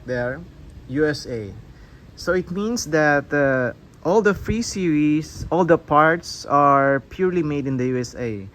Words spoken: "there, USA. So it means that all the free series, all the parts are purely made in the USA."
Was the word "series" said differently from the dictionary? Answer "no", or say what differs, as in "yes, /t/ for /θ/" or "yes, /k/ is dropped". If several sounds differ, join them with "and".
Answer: yes, /s/ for /z/